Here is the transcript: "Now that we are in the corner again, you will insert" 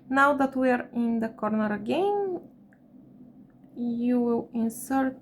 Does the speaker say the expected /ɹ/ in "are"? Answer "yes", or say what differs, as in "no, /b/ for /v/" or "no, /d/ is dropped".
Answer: yes